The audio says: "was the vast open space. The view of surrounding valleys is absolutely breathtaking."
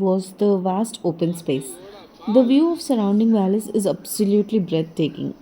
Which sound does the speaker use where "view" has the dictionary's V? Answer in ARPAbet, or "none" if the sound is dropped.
V